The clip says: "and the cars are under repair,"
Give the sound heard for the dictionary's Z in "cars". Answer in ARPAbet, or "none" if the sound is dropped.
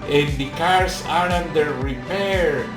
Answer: S